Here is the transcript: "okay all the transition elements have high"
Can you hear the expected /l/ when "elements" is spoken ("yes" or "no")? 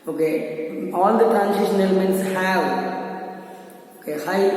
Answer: yes